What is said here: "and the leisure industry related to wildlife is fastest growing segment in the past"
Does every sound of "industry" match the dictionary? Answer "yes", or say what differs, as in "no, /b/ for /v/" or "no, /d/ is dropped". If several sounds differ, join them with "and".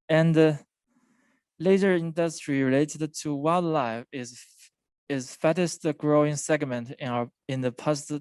yes